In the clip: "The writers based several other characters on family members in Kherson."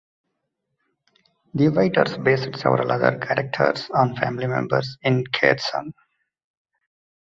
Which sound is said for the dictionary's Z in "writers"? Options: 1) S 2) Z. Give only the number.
1